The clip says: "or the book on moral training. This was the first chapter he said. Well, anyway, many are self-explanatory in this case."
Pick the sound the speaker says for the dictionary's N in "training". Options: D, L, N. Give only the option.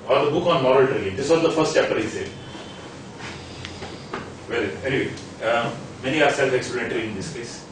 L